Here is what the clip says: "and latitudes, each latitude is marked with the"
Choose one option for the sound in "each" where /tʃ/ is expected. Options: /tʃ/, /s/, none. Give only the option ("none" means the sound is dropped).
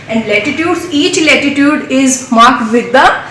/tʃ/